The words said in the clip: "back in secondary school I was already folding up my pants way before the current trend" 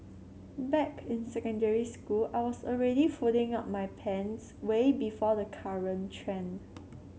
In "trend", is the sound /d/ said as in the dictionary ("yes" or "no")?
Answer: no